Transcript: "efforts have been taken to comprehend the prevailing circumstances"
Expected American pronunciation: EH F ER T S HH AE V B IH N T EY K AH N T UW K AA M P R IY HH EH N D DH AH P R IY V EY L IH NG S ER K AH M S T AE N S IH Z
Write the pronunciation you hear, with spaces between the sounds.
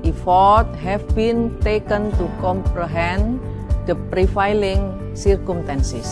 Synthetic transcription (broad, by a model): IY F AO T HH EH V B IH N T EY K AH N T UW K AA M P R IY HH EH N D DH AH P R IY F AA L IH NG S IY K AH M S T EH N S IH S